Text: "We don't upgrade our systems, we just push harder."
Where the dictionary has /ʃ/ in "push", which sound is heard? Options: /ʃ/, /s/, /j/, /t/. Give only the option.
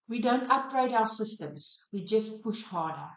/ʃ/